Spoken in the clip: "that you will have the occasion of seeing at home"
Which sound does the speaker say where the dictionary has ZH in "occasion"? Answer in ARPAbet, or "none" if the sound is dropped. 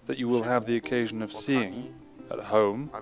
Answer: ZH